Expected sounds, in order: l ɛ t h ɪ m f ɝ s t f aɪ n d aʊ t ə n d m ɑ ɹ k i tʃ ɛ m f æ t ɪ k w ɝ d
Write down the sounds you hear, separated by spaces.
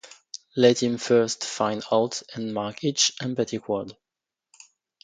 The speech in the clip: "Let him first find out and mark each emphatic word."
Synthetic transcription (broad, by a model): l ɛ t h ɪ m f ɝ s t f aɪ n d aʊ t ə n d m ɑ ɹ k i tʃ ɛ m p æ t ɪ k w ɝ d